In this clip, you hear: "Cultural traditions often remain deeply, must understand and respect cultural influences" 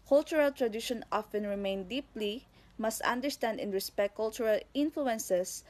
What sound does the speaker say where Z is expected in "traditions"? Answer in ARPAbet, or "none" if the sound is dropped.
none